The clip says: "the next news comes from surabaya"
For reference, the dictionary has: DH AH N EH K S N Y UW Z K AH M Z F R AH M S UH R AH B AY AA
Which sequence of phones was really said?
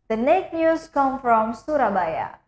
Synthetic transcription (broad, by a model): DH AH N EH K N Y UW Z K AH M F R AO M S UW R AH B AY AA